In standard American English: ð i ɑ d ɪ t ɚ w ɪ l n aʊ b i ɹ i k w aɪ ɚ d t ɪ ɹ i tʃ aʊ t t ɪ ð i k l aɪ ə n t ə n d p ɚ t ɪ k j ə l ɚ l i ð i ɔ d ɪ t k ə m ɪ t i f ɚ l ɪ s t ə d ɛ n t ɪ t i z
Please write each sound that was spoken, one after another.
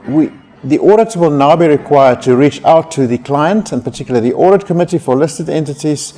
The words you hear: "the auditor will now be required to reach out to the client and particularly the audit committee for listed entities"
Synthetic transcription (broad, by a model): ð i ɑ d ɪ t w ɪ l n aʊ b i ɹ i k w aɪ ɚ d t ɪ ɹ i tʃ aʊ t t ɪ ð i k l aɪ ə n t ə n p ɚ t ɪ k j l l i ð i ɔ d ɪ t k ə m ɪ t i f ɚ l ɪ s t ə d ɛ n t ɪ t i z